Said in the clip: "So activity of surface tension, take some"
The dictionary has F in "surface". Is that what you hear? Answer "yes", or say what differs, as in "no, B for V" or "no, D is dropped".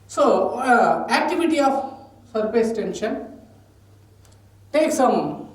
no, P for F